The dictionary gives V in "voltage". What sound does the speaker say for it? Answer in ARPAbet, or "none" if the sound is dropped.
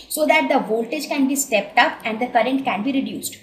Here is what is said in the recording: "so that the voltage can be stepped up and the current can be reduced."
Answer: V